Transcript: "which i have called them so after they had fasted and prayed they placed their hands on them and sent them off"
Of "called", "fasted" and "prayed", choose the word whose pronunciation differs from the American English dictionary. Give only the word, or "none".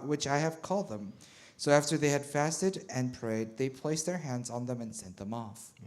none